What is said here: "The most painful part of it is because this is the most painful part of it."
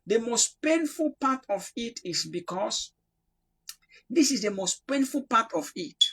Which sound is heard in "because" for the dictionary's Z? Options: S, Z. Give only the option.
S